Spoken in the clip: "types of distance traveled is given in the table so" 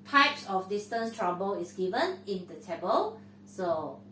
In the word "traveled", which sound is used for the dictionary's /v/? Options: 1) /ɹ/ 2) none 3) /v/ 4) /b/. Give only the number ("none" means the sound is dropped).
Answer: 4